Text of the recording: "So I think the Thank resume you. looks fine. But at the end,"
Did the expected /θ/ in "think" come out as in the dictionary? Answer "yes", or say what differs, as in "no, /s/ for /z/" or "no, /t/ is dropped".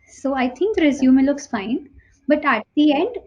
no, /t/ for /θ/